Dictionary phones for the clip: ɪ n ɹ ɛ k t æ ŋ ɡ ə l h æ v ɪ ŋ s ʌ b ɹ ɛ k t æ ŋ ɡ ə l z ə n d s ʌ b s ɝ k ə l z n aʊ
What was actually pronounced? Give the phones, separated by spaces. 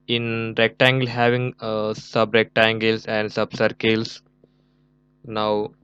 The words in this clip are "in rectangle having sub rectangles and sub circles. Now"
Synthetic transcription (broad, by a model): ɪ n ɹ ɛ k t æ ŋ ɡ ə l h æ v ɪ ŋ s ʌ b ɹ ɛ k t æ ŋ ɡ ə l s ə n d s ʌ b s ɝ k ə l s n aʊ